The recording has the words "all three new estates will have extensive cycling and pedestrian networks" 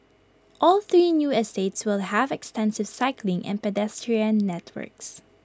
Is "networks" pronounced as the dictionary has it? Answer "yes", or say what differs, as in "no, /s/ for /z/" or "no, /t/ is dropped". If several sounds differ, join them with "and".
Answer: yes